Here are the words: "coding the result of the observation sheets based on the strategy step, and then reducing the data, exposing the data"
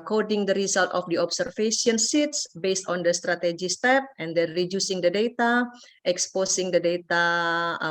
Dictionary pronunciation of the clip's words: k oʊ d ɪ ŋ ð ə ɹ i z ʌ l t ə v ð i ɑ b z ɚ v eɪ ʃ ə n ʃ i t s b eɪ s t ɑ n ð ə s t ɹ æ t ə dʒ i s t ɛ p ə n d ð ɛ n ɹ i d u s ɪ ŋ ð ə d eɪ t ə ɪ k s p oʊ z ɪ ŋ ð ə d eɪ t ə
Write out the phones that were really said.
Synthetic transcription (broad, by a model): k oʊ d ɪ ŋ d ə ɹ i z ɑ l t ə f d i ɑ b s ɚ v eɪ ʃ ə n s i t s b eɪ s t ɑ n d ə s t ɹ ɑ t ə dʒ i s t ɛ p ə n d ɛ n ɹ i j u s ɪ ŋ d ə d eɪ t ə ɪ k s p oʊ s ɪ ŋ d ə d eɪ t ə